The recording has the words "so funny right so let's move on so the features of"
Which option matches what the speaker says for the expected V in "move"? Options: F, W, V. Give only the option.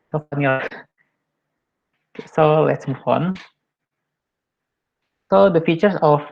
F